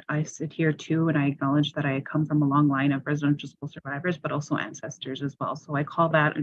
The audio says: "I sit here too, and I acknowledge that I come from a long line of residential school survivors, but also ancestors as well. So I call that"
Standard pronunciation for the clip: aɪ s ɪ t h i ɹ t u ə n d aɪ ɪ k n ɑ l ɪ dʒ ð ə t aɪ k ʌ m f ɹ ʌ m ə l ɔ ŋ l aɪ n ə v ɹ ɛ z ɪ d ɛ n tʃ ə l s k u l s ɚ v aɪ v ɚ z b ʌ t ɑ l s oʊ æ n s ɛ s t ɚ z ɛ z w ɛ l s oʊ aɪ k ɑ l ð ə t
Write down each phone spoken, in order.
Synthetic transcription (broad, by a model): aɪ s ɪ t h i ɹ t u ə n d aɪ ɪ k n ɑ l ɪ dʒ ð ə t aɪ k ʌ m f ɹ ʌ m ə l ɔ ŋ l aɪ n ə v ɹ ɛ z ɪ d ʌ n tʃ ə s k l s ɚ v aɪ v ɚ z b ʌ t ɑ l s oʊ æ n s ɛ s t ɚ z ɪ z w ɛ l s oʊ aɪ k ɑ l ð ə t